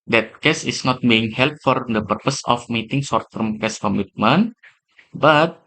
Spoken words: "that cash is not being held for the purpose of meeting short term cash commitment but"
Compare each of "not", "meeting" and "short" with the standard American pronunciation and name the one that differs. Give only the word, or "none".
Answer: short